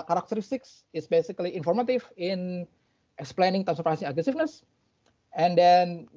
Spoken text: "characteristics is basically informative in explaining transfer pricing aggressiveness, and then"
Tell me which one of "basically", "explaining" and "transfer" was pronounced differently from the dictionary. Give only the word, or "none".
transfer